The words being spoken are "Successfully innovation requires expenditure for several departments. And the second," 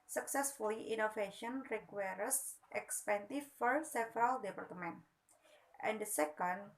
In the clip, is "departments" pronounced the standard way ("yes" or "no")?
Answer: no